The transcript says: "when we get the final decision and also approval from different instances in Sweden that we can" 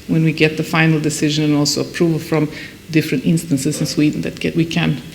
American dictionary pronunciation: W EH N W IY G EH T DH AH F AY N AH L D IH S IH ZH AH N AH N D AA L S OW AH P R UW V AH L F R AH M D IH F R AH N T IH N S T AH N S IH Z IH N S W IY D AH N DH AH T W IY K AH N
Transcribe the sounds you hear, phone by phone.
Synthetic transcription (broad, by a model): W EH N W IY G EH T DH AH F AY N L D IH S IH ZH AH N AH N AA L S OW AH P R UW V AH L F R AH M D IH F R AH N T IH N S T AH N S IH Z IH N S W IY D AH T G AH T W IY K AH N